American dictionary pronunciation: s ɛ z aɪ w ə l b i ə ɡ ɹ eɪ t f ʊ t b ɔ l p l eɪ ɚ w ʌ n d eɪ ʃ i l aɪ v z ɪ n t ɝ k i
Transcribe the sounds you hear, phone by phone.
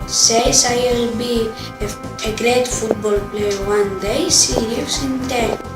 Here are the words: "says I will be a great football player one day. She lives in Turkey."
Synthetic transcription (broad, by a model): s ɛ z aɪ w ə l b i ə ɡ ɹ eɪ t f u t b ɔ l p l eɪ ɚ w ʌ n d eɪ s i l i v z ɪ n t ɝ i